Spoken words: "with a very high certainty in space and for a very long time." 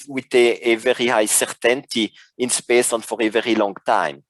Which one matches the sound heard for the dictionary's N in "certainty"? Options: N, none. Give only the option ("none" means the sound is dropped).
N